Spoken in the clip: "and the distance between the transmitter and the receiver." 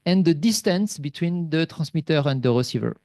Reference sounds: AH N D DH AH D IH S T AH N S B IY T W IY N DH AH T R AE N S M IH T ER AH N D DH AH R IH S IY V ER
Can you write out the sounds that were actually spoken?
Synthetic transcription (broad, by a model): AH N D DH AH D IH S T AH N S B IY T W IY N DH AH T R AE S M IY T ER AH N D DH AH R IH S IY V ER